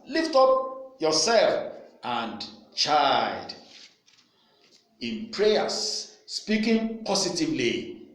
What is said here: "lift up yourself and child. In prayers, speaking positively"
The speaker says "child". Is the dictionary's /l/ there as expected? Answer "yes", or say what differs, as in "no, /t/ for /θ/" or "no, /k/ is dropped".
no, /l/ is dropped